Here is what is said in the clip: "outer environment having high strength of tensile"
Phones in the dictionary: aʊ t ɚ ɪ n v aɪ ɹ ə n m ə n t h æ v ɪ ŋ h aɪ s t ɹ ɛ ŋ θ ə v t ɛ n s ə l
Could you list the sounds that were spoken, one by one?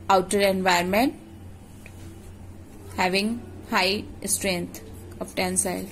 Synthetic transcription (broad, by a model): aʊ t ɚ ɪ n v aɪ ə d m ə n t h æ v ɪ ŋ h aɪ s t ɹ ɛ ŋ t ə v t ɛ n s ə l